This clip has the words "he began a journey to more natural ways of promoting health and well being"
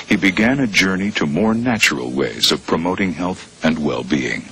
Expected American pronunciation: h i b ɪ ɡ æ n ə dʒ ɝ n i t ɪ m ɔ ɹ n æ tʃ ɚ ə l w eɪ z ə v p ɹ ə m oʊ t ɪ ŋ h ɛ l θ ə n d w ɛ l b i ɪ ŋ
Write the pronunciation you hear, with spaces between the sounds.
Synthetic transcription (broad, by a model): h i b ɪ ɡ æ n ə dʒ ɝ n i t ɪ m ɔ ɹ n æ tʃ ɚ l w eɪ z ə v p ɹ ə m oʊ t ɪ ŋ h ɛ l θ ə n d w ɛ l b i ɪ ŋ